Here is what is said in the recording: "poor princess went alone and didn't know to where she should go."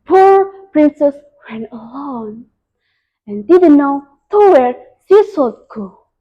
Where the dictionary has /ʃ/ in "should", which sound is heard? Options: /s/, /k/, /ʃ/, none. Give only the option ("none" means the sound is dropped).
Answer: /s/